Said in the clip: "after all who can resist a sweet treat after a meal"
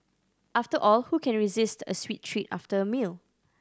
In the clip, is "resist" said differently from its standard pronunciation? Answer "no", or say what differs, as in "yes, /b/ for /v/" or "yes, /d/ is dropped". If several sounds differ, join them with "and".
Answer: no